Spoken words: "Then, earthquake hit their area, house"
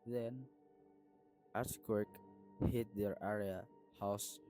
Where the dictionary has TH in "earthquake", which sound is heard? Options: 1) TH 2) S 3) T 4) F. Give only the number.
2